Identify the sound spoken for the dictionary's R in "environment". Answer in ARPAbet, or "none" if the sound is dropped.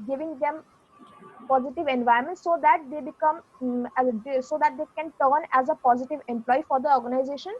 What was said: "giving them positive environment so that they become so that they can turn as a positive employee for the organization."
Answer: none